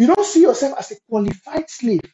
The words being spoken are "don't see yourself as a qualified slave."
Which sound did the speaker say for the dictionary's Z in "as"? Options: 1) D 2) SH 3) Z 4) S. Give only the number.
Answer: 4